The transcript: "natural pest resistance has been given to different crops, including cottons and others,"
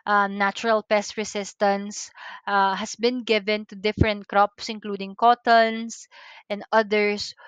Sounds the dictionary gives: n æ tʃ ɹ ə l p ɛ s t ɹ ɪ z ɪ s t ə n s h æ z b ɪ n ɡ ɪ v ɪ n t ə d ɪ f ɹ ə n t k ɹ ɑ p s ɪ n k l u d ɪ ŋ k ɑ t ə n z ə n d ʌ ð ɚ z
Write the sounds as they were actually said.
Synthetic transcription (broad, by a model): n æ tʃ ɹ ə l p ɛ s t ɹ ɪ s ɪ s t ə n s h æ s b ɪ n ɡ ɪ v ɪ n t ə d ɪ f ɹ ə n t k ɹ ɑ p s ɪ n k l u d ɪ ŋ k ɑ t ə n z ə n d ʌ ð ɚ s